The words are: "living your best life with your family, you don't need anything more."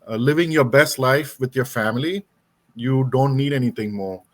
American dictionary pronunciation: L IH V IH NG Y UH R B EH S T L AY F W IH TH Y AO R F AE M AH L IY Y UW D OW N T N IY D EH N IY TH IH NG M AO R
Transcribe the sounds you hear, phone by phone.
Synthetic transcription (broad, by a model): L IH V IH NG Y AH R B EH S T L AY F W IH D Y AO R F AE M AH L IY Y UW D OW N T N IY D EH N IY T IH NG M AO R